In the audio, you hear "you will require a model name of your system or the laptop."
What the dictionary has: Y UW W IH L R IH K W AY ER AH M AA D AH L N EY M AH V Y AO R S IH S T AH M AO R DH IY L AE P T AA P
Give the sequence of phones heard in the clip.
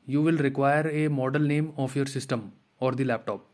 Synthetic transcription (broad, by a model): Y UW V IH L R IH K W AY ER AH M AA D AH L N EY M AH F Y AO R S IH S T AH M AO R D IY L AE P T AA P